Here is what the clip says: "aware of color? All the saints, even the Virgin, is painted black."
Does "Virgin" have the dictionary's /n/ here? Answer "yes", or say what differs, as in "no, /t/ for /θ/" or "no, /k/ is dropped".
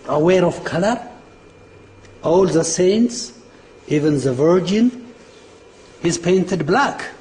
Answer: yes